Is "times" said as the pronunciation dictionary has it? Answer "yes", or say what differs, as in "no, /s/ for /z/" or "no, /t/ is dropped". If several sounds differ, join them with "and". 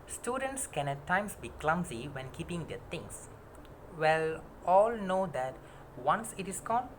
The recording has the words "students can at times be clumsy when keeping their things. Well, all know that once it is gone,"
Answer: no, /s/ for /z/